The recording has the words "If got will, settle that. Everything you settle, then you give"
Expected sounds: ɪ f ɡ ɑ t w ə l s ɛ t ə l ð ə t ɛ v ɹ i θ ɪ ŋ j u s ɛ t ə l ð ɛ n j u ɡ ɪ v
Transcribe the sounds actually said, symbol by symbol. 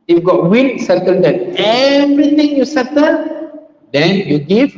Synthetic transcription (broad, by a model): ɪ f ɡ ɑ t w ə n s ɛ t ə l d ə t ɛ v ɹ i t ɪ ŋ j u s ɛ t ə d ɛ n j u ɡ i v